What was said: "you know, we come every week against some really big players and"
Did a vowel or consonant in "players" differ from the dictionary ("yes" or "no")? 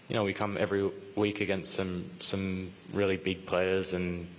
no